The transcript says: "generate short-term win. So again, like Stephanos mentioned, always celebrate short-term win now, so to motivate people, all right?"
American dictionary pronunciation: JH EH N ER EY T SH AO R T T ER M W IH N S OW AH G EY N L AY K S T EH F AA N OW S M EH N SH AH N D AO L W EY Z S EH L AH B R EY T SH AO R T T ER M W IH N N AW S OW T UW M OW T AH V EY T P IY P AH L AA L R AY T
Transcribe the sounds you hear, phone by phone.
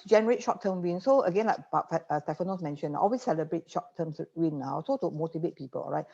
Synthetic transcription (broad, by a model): JH EH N ER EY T SH AO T T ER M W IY N S OW AH G EY N L AY K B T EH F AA N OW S M EH N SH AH N AO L W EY S EH L AH B R EY T SH AO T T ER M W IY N N AW S OW T UW M OW T AH V EY T P IY P AH L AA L R AY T